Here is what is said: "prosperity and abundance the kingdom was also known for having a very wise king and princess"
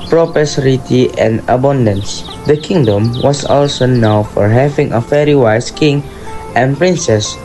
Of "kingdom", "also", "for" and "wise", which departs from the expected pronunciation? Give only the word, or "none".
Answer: wise